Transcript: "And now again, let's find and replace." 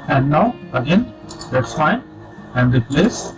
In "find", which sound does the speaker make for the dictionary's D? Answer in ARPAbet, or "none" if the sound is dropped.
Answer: none